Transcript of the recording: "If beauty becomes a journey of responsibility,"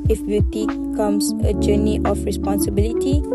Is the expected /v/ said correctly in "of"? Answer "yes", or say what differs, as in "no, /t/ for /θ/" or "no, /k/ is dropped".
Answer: no, /f/ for /v/